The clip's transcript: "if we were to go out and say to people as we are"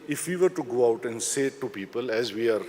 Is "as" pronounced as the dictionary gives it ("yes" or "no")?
yes